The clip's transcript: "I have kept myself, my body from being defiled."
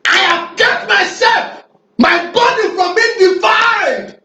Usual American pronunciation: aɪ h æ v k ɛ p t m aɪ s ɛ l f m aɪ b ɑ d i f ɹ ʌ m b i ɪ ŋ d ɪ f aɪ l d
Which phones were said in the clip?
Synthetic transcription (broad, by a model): aɪ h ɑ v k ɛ t m aɪ s ɛ l f m aɪ b ɑ d i f ɹ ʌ m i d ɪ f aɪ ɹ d